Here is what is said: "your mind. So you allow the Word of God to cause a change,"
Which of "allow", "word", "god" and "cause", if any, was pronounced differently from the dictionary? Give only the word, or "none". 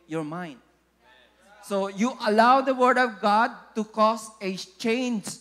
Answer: cause